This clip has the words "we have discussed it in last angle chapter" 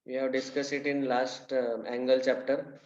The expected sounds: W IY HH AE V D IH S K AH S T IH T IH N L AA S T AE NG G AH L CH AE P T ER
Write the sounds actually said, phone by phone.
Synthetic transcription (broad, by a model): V IY HH AE V D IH S K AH S IH T IH N L AA S T AE NG G AH L CH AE P T ER